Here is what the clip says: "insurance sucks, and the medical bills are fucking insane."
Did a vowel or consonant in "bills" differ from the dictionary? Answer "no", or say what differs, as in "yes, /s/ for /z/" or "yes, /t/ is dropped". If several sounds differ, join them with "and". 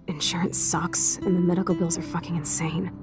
no